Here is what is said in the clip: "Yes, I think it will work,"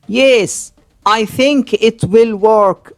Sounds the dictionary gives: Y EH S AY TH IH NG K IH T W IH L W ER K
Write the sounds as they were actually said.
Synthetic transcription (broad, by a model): Y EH S AY TH IH NG K IH T W IH L W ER K